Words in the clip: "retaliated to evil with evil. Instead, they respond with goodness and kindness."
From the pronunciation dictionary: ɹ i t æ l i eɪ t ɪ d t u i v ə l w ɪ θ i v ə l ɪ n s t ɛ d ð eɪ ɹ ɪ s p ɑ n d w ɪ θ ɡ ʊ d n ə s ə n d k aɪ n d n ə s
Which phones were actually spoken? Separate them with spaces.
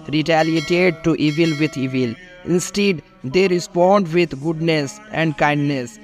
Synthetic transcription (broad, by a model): ɹ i t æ l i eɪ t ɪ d t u i v ə l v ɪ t i v ə l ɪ n s t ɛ d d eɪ ɹ ɪ s p ɑ n d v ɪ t ɡ ʊ d n ə s ə n d k aɪ n d n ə s